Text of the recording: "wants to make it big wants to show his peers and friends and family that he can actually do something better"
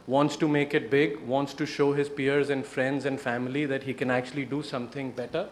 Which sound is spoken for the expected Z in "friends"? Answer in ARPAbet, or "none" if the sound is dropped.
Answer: Z